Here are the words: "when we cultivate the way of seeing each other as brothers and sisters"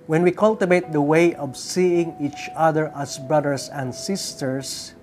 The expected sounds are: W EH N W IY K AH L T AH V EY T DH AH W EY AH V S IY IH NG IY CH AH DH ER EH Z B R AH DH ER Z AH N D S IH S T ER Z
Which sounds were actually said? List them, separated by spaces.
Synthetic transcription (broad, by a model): W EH N W IY K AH L T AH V EY T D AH W EY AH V S IY IH NG IY CH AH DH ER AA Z B R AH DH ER S AH N D S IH S T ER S